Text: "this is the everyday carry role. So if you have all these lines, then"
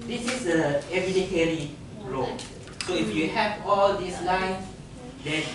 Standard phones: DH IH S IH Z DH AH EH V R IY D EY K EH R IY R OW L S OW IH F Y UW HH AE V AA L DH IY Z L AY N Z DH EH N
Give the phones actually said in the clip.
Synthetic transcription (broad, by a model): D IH S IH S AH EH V IY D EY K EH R IY R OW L S OW IH F Y UW HH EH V AA L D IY S L AY N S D EH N